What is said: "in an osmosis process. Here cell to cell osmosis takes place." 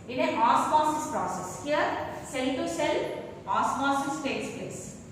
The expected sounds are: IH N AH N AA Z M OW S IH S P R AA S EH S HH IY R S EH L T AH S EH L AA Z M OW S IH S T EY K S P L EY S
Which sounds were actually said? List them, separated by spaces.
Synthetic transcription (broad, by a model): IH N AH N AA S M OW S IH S P R AA S EH S HH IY R S EH L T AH S EH L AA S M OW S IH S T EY S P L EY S